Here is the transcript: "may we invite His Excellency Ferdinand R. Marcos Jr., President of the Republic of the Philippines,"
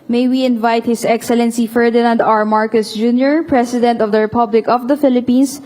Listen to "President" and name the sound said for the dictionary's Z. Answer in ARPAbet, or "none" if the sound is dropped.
S